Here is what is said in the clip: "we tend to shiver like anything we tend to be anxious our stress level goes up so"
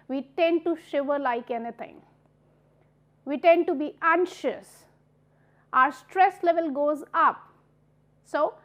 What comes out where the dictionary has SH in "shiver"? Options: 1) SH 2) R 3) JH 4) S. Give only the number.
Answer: 1